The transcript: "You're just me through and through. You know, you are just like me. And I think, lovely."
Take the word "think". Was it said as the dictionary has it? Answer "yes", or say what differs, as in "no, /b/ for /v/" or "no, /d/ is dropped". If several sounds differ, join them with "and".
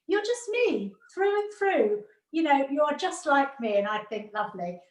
yes